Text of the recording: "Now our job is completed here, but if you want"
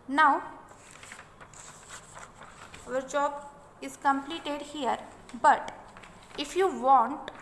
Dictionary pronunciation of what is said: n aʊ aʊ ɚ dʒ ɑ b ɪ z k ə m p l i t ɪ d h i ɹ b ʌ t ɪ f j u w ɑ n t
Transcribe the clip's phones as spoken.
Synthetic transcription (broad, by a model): n aʊ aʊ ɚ dʒ ɑ b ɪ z k ə m p l i t ɪ d h i ɹ b ʌ t ɪ f j u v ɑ n t